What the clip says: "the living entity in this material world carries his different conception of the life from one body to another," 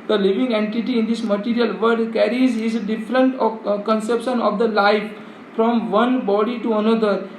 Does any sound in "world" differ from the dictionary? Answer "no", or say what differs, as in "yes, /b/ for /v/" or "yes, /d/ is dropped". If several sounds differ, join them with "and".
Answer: yes, /l/ is dropped